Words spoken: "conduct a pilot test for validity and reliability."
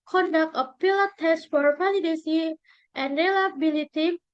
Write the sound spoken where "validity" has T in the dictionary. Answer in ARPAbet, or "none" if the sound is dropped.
S